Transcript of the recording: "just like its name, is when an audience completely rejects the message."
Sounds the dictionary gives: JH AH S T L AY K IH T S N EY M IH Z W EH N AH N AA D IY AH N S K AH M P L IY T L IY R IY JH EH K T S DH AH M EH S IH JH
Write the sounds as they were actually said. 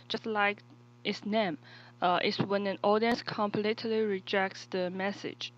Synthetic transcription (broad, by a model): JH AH S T L AY K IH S N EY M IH S W EH N AH N AA D IY AH N S K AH M P L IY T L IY R IY JH EH K T S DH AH M EH S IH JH